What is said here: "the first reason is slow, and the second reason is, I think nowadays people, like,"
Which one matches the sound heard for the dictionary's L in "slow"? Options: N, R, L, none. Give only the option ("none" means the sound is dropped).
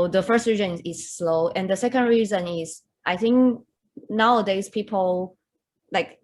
L